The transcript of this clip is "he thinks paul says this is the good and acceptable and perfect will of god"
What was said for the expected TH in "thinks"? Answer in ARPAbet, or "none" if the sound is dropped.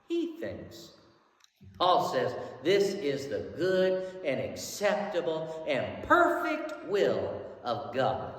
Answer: TH